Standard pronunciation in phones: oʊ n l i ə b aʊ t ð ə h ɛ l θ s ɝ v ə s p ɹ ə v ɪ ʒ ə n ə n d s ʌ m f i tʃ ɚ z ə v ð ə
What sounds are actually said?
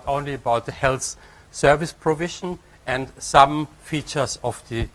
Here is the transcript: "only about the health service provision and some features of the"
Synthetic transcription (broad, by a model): oʊ n l i ə b aʊ t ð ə h ɛ l θ s ɝ v ə s p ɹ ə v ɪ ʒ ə n ə n d s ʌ m f i tʃ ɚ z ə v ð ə